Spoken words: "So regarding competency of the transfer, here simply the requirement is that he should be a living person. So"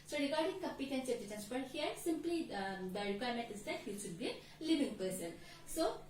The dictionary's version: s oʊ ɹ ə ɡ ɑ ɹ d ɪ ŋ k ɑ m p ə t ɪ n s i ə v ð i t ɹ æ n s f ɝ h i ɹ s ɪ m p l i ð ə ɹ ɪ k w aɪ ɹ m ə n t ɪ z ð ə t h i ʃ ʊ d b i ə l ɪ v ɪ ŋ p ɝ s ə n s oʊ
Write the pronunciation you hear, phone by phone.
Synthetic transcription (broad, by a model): s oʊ ɹ ə ɡ ɑ ɹ d ɪ ŋ k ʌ m p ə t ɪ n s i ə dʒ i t æ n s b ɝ h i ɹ s ɪ m p l i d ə ɹ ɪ k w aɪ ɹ m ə n t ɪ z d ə t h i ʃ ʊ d b i ə l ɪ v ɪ ŋ p ɝ s ə n s oʊ